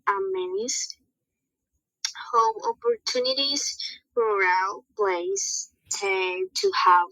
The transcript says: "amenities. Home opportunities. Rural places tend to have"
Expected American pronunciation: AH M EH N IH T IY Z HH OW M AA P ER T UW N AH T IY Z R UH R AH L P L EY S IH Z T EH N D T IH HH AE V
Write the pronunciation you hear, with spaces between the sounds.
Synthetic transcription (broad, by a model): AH M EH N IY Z HH OW M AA P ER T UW N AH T IY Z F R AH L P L EY IH S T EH T IH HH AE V